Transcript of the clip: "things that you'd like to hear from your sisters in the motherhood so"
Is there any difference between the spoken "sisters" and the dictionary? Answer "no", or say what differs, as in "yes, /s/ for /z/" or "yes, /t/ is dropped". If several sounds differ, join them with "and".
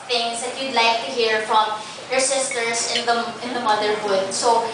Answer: yes, /s/ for /z/